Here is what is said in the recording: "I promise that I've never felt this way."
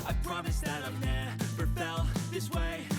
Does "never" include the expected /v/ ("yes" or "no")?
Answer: no